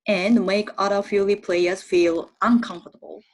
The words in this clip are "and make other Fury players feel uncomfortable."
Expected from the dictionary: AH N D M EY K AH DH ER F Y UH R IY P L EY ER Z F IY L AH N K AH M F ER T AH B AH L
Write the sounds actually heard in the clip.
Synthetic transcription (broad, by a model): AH N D M EY K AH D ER F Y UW L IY P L EY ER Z F IY L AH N K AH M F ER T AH B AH L